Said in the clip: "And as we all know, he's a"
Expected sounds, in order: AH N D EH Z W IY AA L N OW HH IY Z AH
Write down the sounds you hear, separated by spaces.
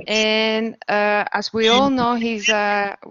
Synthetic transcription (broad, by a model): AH N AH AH Z W IY AA L N OW HH IY Z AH